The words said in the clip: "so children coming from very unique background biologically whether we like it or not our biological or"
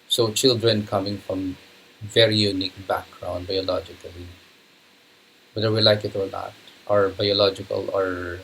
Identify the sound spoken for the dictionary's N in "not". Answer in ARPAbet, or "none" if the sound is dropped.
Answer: L